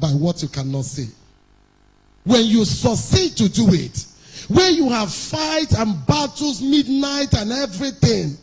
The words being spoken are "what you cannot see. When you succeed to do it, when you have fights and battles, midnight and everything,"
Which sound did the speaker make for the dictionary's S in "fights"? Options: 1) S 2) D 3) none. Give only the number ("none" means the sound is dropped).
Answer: 3